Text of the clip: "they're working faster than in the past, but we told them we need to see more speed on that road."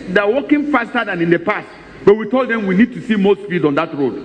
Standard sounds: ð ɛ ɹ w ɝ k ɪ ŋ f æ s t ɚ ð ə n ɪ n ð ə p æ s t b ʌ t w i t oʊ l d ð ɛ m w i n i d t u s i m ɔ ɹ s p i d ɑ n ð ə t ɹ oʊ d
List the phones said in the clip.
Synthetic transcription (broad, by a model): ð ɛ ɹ w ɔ k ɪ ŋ f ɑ s t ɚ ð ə n ɪ n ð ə p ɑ s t b ʌ t w i t oʊ l d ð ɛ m w i n i d t u s i m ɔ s f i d ɑ n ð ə t ɹ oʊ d